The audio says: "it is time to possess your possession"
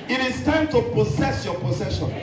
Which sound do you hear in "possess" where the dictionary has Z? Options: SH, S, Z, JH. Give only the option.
S